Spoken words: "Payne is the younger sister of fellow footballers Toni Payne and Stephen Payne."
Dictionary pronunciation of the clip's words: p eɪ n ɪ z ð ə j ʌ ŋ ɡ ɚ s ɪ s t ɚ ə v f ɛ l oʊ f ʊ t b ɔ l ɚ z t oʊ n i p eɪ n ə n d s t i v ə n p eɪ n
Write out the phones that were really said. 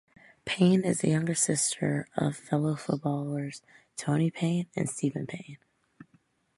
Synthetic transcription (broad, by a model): p eɪ n ɪ z ð ə j ʌ ŋ ɡ ɚ s ɪ s t ɚ ə v f ɛ l oʊ f ʊ t b ɔ l ɚ z t oʊ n i p eɪ n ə n s t i v ə n p eɪ n